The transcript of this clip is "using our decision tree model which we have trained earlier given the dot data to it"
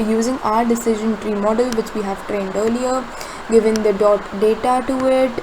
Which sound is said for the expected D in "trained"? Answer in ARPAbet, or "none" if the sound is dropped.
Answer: D